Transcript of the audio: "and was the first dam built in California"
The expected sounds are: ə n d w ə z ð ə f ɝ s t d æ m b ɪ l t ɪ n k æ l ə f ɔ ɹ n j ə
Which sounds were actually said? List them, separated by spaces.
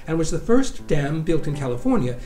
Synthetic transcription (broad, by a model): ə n w ə z ð ə f ɝ s d æ m b ɪ l t ɪ n k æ l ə f ɔ ɹ n j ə